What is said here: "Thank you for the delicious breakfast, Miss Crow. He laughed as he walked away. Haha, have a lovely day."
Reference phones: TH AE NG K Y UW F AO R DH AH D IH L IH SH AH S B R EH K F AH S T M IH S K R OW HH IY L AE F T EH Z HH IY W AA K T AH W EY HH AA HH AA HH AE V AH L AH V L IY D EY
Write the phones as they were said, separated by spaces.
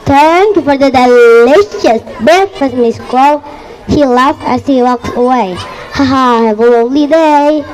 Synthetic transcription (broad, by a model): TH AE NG K Y UW F AO R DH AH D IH L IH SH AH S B EH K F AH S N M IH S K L HH IY L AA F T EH S HH IY W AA K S AH W EY HH AA HH AA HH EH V AH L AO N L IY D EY